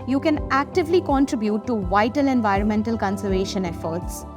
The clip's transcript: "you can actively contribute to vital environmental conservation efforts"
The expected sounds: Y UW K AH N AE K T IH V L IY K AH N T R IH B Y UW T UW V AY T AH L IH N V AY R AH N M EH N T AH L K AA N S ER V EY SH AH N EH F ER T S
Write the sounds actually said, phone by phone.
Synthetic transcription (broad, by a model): Y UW K AH N AE K T IH V L IY K AH N T R IH B Y UW T UW V AY T AH L IH N V AY R AH N M EH N T AH L K AA N S ER V EY SH AH N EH F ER T S